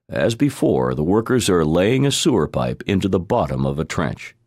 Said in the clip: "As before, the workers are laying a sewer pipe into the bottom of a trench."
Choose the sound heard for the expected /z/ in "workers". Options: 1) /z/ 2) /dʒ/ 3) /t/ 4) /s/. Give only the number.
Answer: 1